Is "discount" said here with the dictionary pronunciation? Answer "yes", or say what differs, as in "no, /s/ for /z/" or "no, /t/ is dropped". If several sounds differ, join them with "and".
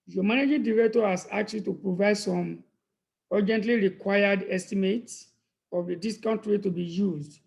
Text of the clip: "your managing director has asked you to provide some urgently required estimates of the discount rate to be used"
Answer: yes